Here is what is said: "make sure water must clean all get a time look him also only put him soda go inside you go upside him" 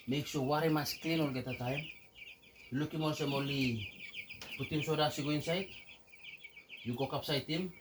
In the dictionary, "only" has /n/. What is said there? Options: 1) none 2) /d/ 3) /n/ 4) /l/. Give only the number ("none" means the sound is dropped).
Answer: 1